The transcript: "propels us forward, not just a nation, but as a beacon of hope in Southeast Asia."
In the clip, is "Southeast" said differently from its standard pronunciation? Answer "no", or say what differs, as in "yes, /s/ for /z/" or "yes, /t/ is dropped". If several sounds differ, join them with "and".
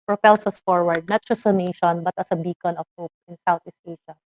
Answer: yes, /t/ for /θ/